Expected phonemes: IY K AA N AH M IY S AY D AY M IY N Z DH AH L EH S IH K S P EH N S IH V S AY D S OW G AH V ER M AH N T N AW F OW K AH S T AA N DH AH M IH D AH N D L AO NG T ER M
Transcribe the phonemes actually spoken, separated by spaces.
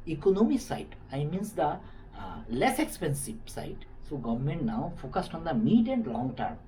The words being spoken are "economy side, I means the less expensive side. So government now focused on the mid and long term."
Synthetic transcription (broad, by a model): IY K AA N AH M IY S AY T AY M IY N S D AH L EH S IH K S P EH N S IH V S AY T S OW G AH V ER M AH N T N AW F OW K AH S T AA N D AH M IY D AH N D L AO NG T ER M